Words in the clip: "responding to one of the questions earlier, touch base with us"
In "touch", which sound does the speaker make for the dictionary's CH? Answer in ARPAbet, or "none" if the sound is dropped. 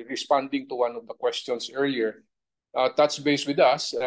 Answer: S